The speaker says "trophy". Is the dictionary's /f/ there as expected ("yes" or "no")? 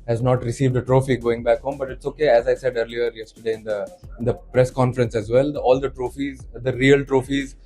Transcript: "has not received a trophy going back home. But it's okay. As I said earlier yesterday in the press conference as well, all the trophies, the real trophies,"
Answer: yes